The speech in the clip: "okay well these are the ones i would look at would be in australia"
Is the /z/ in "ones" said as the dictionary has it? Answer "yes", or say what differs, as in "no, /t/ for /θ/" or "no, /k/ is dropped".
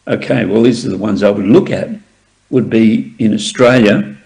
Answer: yes